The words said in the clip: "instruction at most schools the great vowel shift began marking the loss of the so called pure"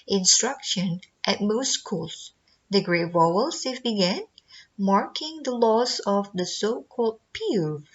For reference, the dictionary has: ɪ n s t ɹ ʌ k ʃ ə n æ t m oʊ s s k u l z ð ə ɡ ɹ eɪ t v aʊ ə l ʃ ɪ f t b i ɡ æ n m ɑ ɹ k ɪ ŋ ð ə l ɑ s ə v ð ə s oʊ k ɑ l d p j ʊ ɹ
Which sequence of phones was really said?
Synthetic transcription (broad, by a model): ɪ n s t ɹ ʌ k ʃ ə n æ t m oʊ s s k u l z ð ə ɡ ɹ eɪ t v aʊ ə l s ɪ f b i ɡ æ n m ɑ ɹ k ɪ ŋ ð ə l ɑ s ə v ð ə s oʊ k ɑ l d p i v